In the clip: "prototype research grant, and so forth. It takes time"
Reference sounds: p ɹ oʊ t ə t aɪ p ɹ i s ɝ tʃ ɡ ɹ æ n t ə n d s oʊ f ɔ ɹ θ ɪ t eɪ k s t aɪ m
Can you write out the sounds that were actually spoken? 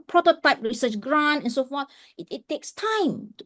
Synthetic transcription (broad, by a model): p ɹ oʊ t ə t aɪ p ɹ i s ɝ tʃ ɡ ɹ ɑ n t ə n s oʊ f ɔ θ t ɪ t eɪ k s t aɪ m